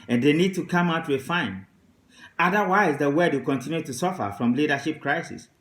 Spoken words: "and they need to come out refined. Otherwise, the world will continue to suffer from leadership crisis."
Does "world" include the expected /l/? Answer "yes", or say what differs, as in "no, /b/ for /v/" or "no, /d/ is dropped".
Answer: no, /l/ is dropped